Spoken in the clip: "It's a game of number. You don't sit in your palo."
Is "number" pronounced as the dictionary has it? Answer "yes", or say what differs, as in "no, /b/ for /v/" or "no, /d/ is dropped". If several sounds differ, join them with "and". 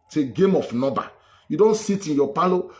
no, /m/ is dropped